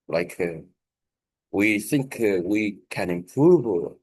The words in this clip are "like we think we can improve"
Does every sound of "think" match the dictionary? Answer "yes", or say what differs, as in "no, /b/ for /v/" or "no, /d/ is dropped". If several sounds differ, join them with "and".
yes